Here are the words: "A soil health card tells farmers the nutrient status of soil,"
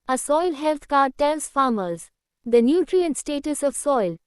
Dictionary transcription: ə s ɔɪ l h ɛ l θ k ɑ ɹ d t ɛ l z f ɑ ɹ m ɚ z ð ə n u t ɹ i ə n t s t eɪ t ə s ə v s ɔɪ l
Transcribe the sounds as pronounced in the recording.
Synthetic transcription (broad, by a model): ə s ɔɪ l h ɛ l t k ɑ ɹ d t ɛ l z f ɑ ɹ m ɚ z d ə n u t ɹ i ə n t s t eɪ t ə s ə v s ɔɪ l